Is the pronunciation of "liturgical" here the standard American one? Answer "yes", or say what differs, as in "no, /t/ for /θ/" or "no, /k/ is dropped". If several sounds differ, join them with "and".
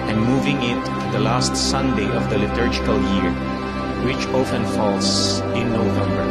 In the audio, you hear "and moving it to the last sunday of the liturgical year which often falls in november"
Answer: yes